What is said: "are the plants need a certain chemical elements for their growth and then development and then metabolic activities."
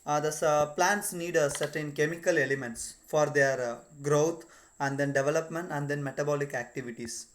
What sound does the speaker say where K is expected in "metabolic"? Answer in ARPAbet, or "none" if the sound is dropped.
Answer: K